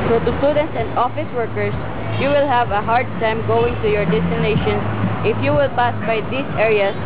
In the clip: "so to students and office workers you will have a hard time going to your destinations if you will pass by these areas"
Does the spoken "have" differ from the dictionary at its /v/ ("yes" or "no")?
no